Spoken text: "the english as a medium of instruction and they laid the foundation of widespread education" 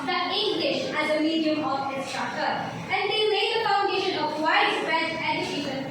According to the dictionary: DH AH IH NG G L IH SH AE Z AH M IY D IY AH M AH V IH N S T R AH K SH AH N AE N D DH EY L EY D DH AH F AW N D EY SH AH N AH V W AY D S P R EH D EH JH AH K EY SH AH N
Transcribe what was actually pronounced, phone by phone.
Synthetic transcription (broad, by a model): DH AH IH NG G L IH SH AE Z AH M IY D IY AH M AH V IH S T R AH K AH AE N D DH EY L EY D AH F AW N D EY SH AH N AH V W AY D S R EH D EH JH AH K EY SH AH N